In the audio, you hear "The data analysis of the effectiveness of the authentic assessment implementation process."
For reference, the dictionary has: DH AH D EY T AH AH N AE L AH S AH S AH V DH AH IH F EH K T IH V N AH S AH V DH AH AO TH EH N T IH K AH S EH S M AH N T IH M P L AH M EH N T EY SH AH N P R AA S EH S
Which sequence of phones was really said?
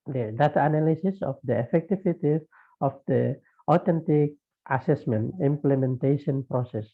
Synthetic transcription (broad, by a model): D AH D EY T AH N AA L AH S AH S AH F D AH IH F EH K T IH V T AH AH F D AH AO T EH N T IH K AH S EH S M AH N T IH M P L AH M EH N T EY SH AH N P R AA S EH S